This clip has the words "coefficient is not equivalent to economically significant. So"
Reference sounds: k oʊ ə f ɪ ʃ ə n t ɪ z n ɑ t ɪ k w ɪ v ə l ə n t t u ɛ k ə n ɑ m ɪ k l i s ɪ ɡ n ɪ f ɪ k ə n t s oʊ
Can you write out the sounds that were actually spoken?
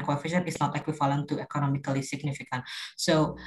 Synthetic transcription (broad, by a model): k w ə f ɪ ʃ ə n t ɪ s n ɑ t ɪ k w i f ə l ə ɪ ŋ t u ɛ k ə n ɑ m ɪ k l i s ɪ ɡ n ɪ f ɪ k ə n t s oʊ